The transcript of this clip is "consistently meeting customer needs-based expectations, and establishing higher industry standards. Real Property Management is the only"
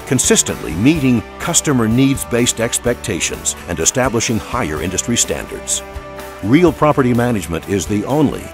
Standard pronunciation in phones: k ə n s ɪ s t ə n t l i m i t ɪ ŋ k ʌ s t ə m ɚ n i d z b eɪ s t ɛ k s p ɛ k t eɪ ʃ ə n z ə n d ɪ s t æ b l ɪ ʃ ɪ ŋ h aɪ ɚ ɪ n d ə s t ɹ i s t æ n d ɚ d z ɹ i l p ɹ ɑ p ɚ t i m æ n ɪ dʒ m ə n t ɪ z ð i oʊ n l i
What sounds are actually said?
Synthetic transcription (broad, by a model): k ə n s ɪ s t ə n t l i m i t ɪ ŋ k ʌ s t ə m ɚ n i d z b eɪ s t ɛ k s p ɛ k t eɪ ʃ ə n z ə n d ɪ s t æ b l ɪ ʃ ɪ ŋ h aɪ ɚ ɪ n d ə s t ɹ i s t æ n d ɚ d z ɹ i l p ɹ ɑ p ɚ t i m æ n ɪ dʒ m ə n t ɪ z ð i oʊ n l i